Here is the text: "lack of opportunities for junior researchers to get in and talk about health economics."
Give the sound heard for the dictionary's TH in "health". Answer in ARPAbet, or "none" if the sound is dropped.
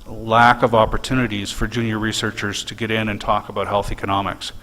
TH